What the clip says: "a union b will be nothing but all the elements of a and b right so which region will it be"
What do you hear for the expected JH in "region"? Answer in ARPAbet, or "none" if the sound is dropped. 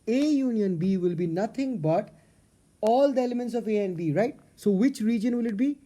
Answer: JH